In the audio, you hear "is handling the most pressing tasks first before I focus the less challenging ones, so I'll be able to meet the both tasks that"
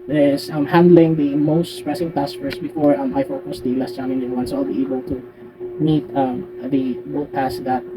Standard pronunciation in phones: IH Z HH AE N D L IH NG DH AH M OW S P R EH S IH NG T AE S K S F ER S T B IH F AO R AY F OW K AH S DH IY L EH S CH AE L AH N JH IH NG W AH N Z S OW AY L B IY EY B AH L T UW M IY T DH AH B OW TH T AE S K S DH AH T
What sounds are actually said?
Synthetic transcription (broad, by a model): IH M HH AE N D L IH NG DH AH M OW S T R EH S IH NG T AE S S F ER S B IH F AO R AY F OW K AH S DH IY L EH S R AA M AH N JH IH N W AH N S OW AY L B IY EY B AH L T UW M IY T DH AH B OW T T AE S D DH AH T